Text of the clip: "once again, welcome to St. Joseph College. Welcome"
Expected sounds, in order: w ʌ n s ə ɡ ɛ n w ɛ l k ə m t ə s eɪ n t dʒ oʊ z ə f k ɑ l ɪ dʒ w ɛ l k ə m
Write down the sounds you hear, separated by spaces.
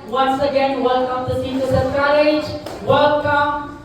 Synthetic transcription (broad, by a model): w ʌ n s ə ɡ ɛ n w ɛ l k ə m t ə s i t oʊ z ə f k ɑ l ɪ dʒ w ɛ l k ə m